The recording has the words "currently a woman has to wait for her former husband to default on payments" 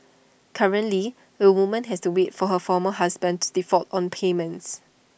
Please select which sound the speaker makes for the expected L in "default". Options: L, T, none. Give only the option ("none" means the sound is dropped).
none